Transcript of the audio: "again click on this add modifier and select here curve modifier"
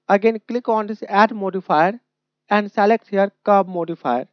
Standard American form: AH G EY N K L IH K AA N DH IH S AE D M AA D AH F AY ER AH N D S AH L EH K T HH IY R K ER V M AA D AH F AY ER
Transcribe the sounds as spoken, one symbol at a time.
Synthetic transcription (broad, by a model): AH G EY N K L IH K AA N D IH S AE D M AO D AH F AY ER AH N D S AH L EH K T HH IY R K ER B M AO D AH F AY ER